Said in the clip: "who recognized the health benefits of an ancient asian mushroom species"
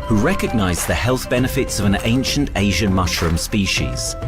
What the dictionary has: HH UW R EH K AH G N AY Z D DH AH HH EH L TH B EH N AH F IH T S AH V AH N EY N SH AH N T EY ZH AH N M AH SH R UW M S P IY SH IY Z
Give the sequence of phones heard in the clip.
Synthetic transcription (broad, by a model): HH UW R EH K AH G N AY Z DH AH HH EH L TH B EH N AH F IH T S AH V AH N EY N SH AH N T EY ZH AH N M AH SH R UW M S P IY SH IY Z